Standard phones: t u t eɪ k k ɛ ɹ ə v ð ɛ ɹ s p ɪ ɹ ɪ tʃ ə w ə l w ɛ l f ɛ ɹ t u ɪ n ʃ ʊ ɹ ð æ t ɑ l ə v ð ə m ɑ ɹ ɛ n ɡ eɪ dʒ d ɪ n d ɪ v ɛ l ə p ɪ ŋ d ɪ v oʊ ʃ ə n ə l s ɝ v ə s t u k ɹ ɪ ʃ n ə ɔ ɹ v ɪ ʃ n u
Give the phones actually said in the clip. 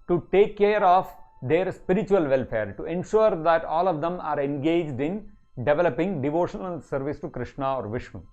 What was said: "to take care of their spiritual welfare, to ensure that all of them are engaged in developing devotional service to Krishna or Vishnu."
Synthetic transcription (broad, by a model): t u t eɪ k k ɛ ɹ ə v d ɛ ɹ s p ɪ ɹ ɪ tʃ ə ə l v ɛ l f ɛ ɹ t u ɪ n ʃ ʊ ɹ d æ t ɑ l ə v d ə m ɑ ɹ ɛ n ɡ eɪ dʒ d ɪ n d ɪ v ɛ l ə p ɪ ŋ d ɪ v oʊ ʃ ə n ə l s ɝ v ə s t u k ɹ ɪ ʃ n ə ɔ ɹ v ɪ ʃ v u